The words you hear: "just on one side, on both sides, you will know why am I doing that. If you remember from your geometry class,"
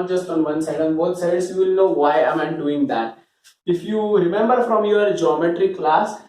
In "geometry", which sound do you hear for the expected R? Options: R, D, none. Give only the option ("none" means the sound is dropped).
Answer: R